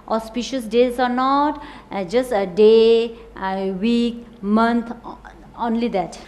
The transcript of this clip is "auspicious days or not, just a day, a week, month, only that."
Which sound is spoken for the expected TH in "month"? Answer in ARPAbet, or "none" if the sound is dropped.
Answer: T